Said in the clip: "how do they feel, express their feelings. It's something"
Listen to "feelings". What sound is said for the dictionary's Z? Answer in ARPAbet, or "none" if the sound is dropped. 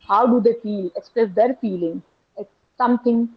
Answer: none